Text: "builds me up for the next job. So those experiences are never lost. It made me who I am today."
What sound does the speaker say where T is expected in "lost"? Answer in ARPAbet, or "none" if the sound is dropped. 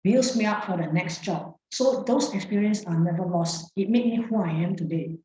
T